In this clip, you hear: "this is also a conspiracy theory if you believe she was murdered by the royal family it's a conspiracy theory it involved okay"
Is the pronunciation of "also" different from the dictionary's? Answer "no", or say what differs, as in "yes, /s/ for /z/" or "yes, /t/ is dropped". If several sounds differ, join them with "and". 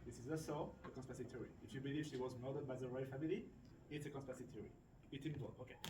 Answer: yes, /l/ is dropped